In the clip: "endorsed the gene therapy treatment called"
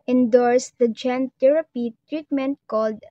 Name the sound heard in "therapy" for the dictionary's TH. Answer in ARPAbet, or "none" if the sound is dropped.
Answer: T